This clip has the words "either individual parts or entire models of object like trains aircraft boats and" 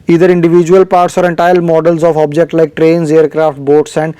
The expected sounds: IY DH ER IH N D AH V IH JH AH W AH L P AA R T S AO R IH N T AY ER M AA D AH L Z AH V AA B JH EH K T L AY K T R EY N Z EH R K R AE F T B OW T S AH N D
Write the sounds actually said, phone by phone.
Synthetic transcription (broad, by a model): IY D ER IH N D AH V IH JH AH AH L P AA R T S AO R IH N T AY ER M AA D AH L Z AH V AA B JH EH K T L AY K T R EY N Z EH R K R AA F T B OW T S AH N D